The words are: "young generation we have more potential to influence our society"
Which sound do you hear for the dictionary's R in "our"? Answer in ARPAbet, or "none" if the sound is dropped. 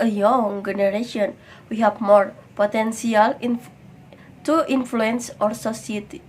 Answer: R